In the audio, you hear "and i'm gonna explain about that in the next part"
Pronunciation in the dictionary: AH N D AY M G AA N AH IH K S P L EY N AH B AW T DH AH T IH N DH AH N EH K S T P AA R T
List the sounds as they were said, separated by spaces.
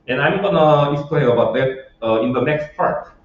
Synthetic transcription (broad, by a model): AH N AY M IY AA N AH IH S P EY AH B AW T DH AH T IH N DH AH N EH K S T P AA R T